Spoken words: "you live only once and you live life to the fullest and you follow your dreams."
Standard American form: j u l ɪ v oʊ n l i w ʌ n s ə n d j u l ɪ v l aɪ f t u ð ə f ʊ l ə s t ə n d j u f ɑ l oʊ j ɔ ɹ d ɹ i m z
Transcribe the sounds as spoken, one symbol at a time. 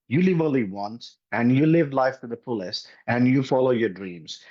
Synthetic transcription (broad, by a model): j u l ɪ v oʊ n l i w ʌ n s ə n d j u l ɪ v l aɪ f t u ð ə p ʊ l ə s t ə n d j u f ɑ l oʊ j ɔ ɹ d ɹ i m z